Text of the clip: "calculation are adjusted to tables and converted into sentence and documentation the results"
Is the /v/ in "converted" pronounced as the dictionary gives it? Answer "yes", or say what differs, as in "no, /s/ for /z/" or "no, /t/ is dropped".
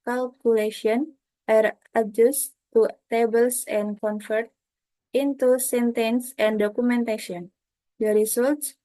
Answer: no, /f/ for /v/